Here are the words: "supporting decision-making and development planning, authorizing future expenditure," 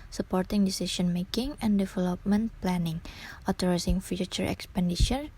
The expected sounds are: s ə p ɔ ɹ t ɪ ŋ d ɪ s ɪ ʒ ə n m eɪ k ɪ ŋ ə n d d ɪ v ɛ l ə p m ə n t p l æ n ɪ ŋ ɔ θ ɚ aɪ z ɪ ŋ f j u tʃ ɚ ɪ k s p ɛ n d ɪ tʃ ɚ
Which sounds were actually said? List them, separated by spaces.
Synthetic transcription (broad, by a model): s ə p ɔ ɹ t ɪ ŋ d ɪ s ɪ s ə n m eɪ k ɪ ŋ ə n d d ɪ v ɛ l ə p m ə n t p l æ n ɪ ŋ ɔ t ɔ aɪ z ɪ ŋ f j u tʃ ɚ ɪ k s p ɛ n d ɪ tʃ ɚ